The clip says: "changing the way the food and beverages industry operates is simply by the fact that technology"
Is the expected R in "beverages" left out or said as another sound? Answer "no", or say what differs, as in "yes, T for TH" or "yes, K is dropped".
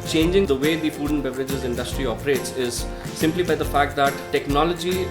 no